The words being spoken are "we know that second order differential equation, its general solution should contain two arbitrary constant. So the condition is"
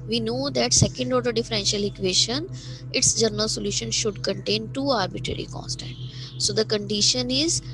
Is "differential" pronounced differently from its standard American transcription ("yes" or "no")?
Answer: no